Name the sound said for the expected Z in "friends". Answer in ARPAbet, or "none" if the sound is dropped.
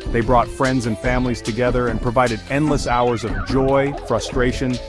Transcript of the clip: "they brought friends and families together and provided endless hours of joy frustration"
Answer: Z